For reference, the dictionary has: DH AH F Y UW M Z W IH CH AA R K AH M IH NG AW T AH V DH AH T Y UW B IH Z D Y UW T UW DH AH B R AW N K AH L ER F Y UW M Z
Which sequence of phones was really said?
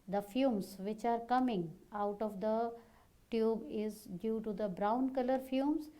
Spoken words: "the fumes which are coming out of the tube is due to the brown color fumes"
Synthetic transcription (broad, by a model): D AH F Y UW M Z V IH CH AA R K AH M IH NG AW T AH V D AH T Y UW B IH Z D Y UW T UW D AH B R AW N K AH L ER F Y UW M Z